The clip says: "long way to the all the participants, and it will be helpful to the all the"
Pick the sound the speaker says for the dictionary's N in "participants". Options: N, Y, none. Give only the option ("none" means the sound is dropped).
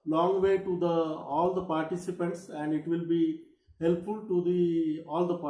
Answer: N